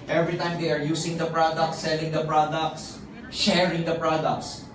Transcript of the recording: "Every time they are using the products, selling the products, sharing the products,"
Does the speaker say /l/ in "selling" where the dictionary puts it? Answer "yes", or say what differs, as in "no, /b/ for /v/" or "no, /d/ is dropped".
yes